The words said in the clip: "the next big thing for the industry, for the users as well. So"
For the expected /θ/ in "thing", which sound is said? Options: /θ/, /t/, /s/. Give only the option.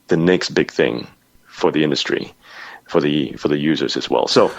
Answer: /θ/